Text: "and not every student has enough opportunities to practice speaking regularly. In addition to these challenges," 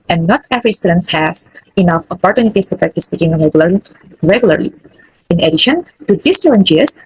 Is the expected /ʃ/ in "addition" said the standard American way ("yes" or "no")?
yes